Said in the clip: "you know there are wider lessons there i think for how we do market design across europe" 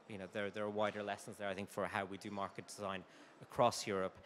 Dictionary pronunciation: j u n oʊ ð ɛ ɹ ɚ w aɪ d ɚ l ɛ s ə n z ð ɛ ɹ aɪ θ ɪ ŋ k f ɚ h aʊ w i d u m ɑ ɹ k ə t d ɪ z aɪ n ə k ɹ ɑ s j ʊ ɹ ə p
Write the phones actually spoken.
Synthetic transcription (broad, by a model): j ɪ n oʊ ð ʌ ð ɚ w aɪ d ɚ l ɛ s ə n z ð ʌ ɹ aɪ θ ɪ ŋ k f ɚ h aʊ w i d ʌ m ɑ ɹ k ə t d ɪ z aɪ n ə k ɹ ɑ s j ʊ ɹ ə p